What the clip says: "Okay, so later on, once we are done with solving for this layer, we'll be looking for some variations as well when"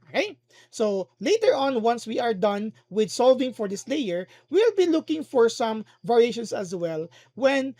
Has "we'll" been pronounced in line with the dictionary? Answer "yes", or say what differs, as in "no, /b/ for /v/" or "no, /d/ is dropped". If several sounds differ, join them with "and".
yes